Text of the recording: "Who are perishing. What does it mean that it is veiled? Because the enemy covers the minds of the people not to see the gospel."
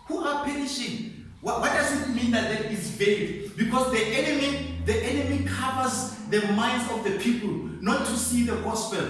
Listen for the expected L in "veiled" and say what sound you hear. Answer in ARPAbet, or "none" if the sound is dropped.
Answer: none